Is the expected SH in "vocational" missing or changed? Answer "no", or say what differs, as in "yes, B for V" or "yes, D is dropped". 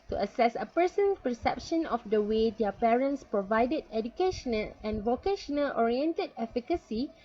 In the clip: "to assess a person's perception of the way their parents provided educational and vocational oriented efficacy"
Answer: no